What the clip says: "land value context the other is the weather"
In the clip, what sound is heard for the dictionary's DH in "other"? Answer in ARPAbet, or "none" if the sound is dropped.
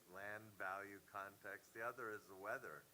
DH